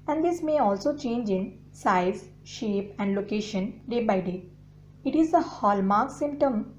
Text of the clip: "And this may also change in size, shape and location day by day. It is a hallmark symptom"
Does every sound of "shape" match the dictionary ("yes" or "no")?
yes